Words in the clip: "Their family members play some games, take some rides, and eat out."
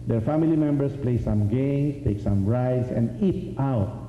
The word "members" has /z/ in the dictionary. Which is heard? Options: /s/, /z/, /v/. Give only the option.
/s/